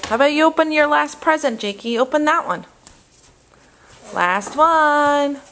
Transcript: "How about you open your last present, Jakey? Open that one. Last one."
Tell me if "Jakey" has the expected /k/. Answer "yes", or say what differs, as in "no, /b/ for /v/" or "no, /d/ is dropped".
yes